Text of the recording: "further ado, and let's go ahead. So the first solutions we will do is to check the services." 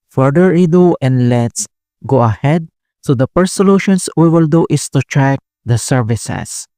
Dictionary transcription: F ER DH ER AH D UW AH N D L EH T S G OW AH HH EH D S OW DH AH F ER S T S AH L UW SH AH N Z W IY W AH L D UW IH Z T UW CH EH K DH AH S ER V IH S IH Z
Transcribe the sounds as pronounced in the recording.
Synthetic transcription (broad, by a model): F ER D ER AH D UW AH N D L EH T S G OW AH HH EH D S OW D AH P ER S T S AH L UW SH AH N S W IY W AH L D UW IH S T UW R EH K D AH S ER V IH S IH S